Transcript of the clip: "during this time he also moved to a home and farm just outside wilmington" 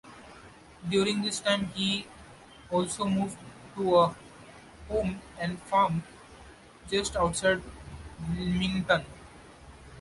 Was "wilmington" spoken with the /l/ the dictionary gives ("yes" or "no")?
no